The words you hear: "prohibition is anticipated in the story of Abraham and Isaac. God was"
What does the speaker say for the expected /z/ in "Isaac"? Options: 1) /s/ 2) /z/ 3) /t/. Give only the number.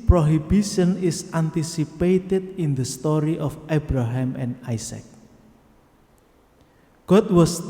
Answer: 1